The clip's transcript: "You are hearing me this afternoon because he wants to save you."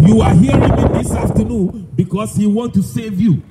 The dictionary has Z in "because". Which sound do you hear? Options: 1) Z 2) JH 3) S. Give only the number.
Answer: 3